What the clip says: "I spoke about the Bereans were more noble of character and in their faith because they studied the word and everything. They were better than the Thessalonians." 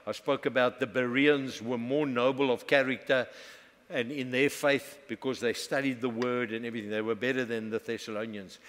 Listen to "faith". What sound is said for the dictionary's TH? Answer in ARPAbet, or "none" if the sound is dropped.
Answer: TH